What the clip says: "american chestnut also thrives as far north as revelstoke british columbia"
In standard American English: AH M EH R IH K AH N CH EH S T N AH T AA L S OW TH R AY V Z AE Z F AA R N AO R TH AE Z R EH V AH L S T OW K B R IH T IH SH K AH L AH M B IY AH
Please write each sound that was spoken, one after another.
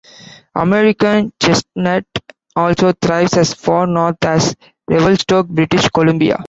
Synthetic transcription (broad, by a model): AH M EH R IH K AH N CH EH S T N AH T AA L S OW T R AY V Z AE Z F AA R N AO R T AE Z R EH V AH L S T OW K B R IH T IH SH K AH L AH M B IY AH